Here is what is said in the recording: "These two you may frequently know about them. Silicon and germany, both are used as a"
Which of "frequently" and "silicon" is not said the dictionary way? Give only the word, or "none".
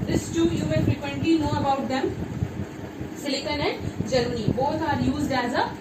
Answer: frequently